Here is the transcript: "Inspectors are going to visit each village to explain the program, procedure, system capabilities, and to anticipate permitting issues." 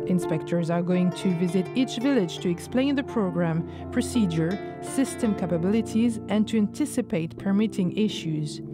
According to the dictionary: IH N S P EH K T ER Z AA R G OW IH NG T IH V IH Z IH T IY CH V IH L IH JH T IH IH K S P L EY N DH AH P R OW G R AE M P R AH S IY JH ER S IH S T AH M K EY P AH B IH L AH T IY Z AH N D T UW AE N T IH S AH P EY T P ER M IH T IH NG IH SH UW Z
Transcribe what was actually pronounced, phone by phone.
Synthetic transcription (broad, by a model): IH N S P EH K T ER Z AA R G OW IH NG T IH V IH Z IH T IY CH V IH L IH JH T IH IH K S P L EY N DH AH P R OW G R AE M P R AH S IY JH ER S IH S T AH M K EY P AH B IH L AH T IY Z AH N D T UW AE N T IH S AH P EY T P ER M IH T IH NG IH SH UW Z